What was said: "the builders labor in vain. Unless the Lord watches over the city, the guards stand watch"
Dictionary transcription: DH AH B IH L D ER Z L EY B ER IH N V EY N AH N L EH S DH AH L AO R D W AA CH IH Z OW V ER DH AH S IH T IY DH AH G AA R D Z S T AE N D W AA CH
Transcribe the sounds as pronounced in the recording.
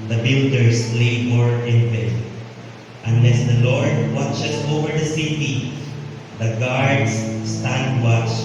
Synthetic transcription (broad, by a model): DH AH B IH L D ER S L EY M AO IH N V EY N AH N L EH S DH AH L AO R D W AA CH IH S OW V ER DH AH S IH T IY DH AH G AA R D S S T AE N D W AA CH